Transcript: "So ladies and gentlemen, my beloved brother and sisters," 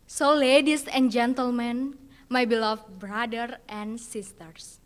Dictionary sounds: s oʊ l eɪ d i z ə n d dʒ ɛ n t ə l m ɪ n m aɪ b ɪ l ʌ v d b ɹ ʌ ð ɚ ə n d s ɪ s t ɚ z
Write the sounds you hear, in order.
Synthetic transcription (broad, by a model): s oʊ l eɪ d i s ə n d dʒ ɛ n t ə l m ɪ n m aɪ b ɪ l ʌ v b ɹ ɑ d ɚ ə n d s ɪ s t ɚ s